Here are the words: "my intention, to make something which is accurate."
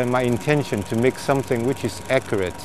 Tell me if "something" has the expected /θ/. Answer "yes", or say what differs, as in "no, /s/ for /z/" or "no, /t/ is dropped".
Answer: yes